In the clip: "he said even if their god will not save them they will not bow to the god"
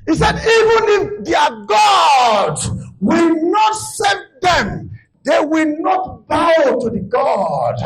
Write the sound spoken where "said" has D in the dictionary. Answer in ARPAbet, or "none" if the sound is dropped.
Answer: D